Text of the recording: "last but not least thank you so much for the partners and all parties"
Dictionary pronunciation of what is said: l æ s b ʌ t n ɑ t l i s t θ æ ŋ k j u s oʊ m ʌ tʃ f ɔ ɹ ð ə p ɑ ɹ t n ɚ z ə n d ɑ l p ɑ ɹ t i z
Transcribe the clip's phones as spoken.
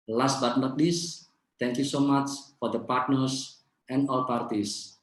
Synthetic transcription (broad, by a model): l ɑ s b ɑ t l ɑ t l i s t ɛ ŋ k j u s oʊ m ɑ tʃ f ɔ ɹ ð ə p ɑ ɹ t n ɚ s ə n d ɑ l p ɑ ɹ t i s